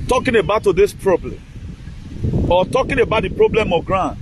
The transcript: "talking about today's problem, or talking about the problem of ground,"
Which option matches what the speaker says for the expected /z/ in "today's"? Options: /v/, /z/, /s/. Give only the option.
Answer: /s/